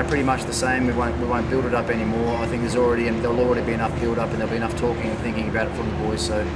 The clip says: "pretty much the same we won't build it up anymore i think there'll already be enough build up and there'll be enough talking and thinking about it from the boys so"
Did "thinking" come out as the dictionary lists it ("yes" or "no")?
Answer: yes